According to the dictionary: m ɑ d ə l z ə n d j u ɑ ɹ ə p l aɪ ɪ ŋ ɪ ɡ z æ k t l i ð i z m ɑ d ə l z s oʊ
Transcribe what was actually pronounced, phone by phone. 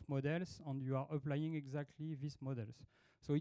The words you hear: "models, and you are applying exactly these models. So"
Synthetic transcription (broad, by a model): m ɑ d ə l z ə n d j u ɑ ɹ ə p l aɪ ɪ ŋ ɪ ɡ z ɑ k t l i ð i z m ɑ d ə l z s oʊ